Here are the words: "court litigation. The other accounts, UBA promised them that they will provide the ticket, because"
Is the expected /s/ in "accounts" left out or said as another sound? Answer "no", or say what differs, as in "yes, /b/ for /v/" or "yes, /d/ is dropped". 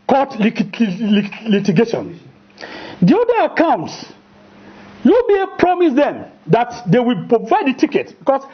no